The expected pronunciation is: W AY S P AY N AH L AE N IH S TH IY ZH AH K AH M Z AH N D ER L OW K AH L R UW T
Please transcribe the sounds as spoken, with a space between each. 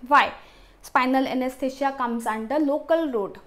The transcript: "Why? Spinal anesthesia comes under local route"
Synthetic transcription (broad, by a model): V AY S P AY N AH L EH N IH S T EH SH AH K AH M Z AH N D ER L OW K AH L R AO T